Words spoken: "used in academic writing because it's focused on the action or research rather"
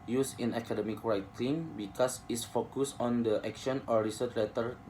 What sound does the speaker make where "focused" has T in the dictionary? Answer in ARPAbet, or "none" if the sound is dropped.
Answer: none